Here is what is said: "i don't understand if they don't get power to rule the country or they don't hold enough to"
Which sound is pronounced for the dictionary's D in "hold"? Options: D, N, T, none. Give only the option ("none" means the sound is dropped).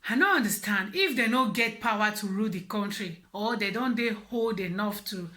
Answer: D